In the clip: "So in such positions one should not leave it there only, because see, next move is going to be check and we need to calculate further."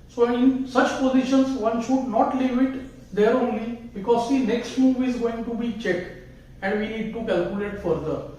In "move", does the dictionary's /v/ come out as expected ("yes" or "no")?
yes